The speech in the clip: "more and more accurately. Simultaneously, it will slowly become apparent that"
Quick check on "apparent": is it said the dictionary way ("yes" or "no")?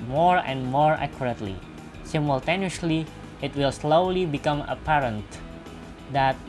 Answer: yes